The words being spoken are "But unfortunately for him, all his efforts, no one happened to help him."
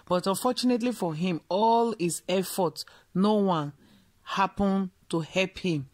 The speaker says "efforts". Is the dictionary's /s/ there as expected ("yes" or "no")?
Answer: no